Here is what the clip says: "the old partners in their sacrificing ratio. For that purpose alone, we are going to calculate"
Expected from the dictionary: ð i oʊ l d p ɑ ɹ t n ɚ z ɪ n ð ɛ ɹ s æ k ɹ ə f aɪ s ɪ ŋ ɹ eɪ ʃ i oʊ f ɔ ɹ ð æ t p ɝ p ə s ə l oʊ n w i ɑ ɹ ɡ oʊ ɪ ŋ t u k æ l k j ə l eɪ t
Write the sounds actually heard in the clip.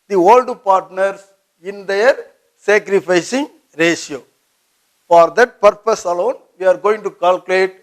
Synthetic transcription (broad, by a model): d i oʊ l d p ɑ ɹ t n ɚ s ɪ n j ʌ ɹ s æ k ɹ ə f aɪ s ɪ ŋ ɹ eɪ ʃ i oʊ f ɔ ɹ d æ t p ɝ p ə s ə l oʊ n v i ɑ ɹ ɡ oʊ ɪ ŋ t u k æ l k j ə l eɪ t